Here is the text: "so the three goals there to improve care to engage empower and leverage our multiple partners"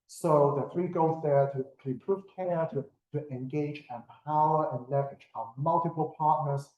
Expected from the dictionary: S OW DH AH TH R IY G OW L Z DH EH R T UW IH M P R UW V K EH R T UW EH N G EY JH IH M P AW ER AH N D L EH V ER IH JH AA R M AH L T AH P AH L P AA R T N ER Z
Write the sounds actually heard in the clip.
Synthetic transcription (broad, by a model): S OW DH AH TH R IY G OW Z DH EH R T UW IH P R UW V K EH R T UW EH N G EY JH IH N P AW ER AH N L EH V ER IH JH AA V M AH L T AH P AH L P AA R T N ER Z